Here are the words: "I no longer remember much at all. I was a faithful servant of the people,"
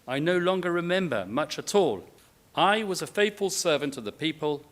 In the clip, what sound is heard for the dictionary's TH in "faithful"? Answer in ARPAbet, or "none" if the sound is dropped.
TH